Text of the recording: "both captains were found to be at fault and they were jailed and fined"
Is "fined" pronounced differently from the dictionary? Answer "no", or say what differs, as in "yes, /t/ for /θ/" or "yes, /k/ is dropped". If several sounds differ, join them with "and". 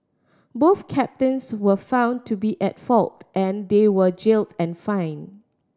yes, /d/ is dropped